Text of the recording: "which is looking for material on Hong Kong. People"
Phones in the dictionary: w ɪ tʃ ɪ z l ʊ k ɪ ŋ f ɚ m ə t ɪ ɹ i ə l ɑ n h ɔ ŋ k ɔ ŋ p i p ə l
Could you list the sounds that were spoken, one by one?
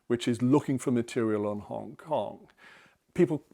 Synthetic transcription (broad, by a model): w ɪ tʃ ɪ z l ʊ k ɪ ŋ f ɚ m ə t ɪ ɹ i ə l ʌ n h ɔ ŋ k ɔ ŋ p i p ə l